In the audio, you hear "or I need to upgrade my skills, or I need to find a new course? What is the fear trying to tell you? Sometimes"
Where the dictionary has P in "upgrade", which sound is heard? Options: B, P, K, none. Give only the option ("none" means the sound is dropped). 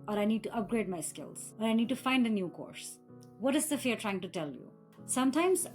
P